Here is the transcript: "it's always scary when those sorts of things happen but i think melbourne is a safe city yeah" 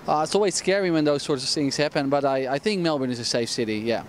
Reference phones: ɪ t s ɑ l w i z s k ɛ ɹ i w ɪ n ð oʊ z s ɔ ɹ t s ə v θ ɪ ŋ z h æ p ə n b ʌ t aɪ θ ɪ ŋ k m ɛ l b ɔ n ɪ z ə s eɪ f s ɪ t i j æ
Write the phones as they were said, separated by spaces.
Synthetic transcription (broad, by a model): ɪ t s ɑ l w i z s k ɛ ɹ i w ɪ n ð oʊ z s ɔ ɹ t s ə v θ ɪ ŋ z h æ p ə n b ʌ t aɪ θ ɪ ŋ k m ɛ l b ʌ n ɪ z ə s eɪ f s ɪ t i j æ